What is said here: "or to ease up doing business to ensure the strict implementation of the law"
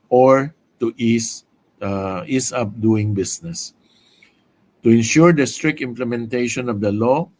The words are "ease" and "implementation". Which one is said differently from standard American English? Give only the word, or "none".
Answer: ease